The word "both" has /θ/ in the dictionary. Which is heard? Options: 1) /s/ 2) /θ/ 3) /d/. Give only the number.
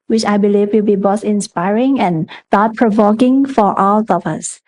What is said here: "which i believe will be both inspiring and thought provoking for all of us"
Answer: 1